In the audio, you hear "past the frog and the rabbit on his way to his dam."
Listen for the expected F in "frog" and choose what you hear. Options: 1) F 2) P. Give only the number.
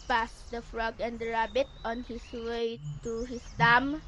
1